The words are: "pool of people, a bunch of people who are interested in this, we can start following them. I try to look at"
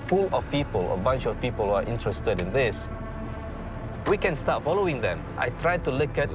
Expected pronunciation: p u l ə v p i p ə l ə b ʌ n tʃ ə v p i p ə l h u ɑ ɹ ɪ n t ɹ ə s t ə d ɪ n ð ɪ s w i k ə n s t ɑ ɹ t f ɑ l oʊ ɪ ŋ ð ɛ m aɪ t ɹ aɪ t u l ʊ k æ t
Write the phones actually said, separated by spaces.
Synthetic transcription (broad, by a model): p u l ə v p i p ə l ə b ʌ n tʃ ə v p i p ə l h u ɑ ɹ ɪ n t ɹ ə s t ə d ɪ n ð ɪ s w i k ə n s t ɑ t f ɑ l oʊ ɪ ŋ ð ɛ m aɪ t ɹ aɪ t u l ʊ k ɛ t